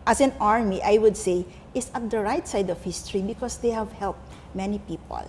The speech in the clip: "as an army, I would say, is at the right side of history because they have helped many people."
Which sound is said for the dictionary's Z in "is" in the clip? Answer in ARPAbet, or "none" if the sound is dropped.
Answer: S